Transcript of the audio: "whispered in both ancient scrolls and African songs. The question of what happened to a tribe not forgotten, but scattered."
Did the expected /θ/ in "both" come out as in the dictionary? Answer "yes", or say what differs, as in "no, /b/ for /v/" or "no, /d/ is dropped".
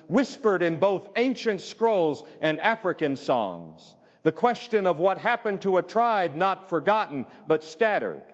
yes